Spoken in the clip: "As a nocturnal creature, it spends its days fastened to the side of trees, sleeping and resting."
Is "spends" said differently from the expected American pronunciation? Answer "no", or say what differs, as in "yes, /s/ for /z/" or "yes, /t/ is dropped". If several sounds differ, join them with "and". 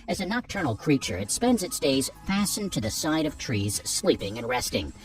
no